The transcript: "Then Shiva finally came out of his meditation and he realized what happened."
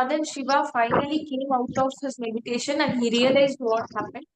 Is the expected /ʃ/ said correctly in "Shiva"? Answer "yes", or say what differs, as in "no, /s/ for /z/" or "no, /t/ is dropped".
yes